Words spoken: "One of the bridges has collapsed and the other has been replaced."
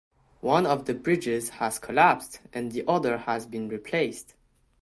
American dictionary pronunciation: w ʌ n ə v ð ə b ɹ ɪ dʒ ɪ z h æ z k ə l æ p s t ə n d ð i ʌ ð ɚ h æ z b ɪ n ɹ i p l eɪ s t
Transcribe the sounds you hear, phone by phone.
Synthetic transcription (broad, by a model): w ʌ n ə v ð ə b ɹ ɪ dʒ ɪ z h æ z k ə l æ p s t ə n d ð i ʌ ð ɚ h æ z b ɪ n ɹ i p l eɪ s t